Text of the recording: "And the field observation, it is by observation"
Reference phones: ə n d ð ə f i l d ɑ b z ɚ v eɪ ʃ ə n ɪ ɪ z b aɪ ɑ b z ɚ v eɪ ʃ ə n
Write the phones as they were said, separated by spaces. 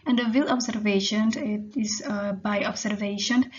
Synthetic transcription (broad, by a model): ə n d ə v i l ɑ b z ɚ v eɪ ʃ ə n ɪ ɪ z b aɪ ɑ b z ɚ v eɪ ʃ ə n